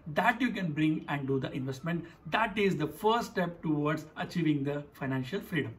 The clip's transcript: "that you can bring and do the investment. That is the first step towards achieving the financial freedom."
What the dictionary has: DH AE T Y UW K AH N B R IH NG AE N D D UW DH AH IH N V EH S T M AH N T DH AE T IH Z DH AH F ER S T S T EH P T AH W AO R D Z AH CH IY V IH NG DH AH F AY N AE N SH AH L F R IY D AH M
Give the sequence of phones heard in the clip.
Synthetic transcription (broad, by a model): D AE T Y UW K AH N B R IH NG AE N D D UW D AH IH N V EH S T M AH N T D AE T IH Z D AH F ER T S T EH P T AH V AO R D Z AH CH IY V IH NG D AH F AY N AE N SH AH L F R IY D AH M